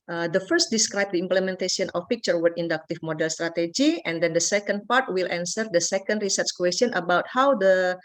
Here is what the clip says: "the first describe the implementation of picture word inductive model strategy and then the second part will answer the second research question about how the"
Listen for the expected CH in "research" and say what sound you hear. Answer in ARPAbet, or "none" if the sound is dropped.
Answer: CH